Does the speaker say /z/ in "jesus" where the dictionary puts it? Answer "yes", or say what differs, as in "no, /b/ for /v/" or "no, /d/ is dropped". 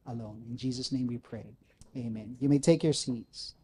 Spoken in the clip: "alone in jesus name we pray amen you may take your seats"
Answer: yes